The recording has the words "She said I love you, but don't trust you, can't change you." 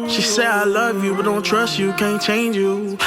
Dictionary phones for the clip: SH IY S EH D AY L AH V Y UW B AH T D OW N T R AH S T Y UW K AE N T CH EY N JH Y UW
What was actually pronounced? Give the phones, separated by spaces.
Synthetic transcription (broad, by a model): SH IY S EH D AY L AH V Y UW B AH T D OW N T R AH S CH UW K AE N CH EY N JH Y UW